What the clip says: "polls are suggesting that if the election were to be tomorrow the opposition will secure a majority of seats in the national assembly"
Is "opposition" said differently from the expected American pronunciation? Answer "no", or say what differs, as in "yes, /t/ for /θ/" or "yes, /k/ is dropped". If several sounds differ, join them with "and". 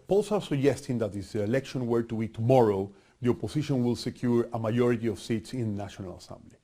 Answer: yes, /s/ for /z/